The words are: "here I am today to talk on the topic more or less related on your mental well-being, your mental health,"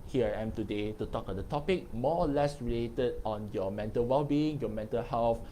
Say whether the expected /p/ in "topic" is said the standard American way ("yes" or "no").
yes